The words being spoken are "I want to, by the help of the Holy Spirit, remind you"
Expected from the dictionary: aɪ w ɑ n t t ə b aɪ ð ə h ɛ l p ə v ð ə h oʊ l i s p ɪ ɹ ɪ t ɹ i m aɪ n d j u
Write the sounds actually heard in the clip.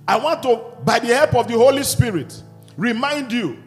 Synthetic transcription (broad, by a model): aɪ w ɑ n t t ə b aɪ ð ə h ɛ l p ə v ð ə h oʊ l i s p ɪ ɹ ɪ t ɹ i m aɪ n d j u